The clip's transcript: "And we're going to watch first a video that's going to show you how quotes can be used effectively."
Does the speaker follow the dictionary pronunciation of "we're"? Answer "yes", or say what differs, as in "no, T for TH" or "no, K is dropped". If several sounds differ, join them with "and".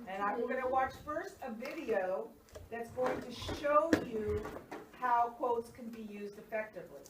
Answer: no, W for R